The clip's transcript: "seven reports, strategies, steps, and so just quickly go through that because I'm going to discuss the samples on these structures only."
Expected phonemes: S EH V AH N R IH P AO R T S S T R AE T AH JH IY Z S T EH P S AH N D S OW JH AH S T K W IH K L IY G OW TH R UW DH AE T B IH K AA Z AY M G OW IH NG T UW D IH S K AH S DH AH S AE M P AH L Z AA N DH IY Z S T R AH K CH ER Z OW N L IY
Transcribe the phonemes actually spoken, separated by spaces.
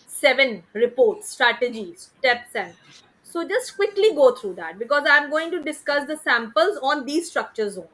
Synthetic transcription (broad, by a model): S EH V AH N R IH P AO R T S S T R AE T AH JH IY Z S T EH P S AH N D S OW JH AH S T K W IH K L IY G OW T R UW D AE T B IH K AA Z AY M G OW IH NG T UW D IH S K AH S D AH S AE M P AH L Z AA N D IY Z S T R AH K CH ER Z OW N